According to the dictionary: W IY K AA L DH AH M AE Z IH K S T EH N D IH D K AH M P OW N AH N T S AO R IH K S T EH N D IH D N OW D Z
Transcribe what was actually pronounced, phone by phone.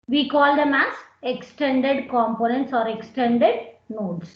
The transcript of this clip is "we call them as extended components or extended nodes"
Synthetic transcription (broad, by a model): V IY K AA L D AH M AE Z IH K S T EH N D IH D K AH M P OW N AH N T S AO R IH K S T EH N D IH D N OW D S